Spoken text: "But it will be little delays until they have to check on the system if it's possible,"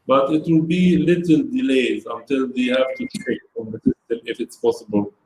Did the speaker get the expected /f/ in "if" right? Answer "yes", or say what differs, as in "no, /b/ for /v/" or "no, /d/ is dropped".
yes